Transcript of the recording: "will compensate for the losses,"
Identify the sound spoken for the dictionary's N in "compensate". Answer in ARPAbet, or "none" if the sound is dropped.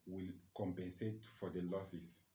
N